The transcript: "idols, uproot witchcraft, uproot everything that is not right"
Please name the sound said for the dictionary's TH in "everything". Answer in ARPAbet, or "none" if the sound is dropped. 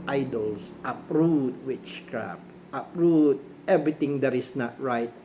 T